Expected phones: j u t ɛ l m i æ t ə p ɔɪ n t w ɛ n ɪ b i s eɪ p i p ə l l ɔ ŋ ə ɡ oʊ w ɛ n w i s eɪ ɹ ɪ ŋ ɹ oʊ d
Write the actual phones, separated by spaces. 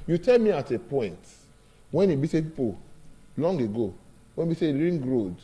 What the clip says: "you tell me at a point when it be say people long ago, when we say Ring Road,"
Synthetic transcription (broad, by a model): j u t ɛ l m i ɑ t ə p ɔɪ n t w ɛ n ɪ b i s eɪ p i p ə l l ɔ ŋ ə ɡ oʊ w ɛ n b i s eɪ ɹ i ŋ ɹ oʊ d